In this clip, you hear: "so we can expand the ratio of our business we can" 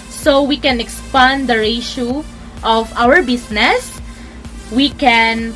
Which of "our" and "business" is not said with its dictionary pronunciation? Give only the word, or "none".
business